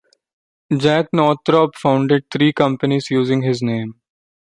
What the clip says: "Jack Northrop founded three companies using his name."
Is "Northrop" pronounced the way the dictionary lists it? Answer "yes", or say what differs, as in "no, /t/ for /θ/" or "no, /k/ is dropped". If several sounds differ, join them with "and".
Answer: no, /t/ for /θ/